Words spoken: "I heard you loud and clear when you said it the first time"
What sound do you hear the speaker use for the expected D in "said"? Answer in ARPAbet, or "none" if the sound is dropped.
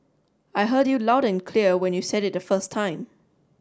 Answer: D